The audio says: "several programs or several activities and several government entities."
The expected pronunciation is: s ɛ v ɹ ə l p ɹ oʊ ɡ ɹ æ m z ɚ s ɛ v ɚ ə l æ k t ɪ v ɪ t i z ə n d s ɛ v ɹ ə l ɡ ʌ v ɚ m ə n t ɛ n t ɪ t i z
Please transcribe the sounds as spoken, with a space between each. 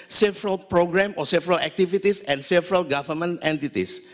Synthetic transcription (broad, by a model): s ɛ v ɹ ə l p ɹ oʊ ɡ ɹ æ m ɔ s ɛ v ɚ ə l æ k t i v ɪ t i s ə n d s ɛ v ɹ ə l ɡ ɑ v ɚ m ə n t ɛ n t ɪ t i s